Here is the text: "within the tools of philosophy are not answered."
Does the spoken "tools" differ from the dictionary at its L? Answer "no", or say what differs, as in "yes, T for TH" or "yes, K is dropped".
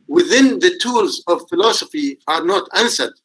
no